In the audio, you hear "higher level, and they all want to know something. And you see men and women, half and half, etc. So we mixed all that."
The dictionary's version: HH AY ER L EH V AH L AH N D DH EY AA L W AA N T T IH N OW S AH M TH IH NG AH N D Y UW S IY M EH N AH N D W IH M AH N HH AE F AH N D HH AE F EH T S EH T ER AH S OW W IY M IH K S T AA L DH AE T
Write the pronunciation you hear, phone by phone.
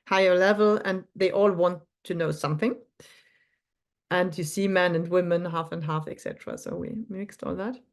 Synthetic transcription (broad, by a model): HH AY ER L EH V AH L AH N DH EY AA L W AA N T T IH N OW S AH M TH IH NG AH N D Y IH S IY M EH N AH N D W IH M AH N HH AE F AH N D HH AE F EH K S EH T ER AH S OW W IY M IH K S T AA L DH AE T